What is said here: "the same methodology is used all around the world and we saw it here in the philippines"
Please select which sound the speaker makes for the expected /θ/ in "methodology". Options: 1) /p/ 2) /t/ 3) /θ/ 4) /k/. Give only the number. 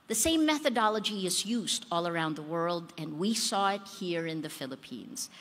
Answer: 3